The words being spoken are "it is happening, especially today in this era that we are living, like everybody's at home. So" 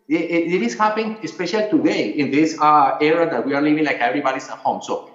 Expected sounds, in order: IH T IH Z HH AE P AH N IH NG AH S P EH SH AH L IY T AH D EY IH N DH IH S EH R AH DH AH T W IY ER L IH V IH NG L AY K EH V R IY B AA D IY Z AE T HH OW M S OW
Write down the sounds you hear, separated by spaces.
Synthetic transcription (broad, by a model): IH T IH S HH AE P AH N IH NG AH S P EH SH AH L IY T AH D EY IH N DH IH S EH R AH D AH T W IY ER L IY V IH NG L AY K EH V R IY B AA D IY S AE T HH OW M S OW